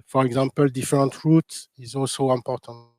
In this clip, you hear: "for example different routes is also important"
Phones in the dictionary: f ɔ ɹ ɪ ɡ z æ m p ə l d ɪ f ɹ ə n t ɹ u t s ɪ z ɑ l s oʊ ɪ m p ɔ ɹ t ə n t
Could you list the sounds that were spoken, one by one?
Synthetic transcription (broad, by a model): f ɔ ɹ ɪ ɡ z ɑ m p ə l d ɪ f ɹ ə n t ɹ u t ɪ z ɑ l s oʊ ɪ m p ɔ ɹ t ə n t